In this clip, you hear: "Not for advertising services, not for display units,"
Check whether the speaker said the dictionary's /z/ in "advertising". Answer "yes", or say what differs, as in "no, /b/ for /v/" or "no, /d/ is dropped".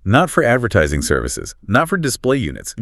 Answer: yes